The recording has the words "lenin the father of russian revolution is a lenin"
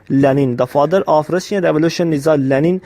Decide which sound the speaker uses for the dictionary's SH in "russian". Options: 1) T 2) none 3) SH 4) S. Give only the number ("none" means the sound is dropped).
4